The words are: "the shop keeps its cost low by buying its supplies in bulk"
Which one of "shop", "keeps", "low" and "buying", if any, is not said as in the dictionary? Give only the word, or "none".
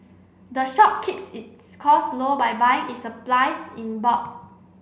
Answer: none